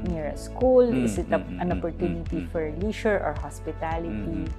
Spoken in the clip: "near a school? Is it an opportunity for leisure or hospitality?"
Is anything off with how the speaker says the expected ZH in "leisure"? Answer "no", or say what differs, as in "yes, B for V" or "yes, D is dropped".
yes, SH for ZH